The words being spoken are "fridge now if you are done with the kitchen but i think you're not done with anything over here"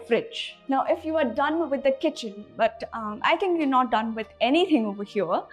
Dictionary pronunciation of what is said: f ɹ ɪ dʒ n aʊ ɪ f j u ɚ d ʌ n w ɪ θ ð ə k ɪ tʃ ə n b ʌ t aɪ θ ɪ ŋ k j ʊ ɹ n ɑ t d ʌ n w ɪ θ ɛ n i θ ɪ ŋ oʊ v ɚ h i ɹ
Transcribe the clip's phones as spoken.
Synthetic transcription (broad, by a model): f ɹ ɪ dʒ n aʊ ɪ f j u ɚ d ʌ n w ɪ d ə k ɪ tʃ ə n b ʌ t aɪ t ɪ ŋ k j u n ɑ t d ʌ n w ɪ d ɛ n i t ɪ ŋ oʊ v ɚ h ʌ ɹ